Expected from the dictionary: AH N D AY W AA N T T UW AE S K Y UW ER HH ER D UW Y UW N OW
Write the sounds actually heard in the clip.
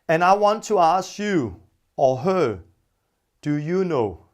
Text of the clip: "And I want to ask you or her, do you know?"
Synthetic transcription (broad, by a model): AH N AY W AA N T T UW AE S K Y UW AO HH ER D UW Y UW N OW